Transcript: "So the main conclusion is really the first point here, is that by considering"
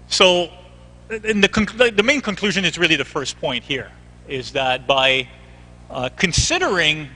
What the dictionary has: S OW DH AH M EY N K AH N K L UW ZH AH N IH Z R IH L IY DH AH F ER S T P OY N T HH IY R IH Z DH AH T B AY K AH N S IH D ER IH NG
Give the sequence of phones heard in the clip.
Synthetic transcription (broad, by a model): S OW DH AH M EY N K AH N K L UW ZH AH N IH Z R IH L IY DH AH F ER S P OY N T HH IY R IH Z DH AH T B AY K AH N S IH D ER IH NG